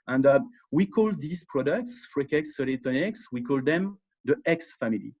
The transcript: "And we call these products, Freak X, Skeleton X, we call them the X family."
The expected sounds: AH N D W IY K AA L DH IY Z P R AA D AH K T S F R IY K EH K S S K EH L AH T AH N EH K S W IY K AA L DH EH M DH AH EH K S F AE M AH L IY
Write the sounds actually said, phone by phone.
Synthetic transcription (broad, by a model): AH N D W IY K AA L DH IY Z P R AA D AH K T S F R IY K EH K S S EH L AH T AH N EH K S W IY K AA L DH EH M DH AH EH K S F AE M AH L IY